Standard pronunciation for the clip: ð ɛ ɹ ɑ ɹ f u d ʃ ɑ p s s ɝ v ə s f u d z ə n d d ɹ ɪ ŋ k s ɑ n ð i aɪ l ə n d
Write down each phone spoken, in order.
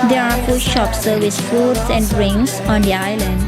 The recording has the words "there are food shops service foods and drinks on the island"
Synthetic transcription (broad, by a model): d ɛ ɹ ɑ ɹ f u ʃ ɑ p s s ɝ v ə s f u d s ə n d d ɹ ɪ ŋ s ɑ n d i aɪ l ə n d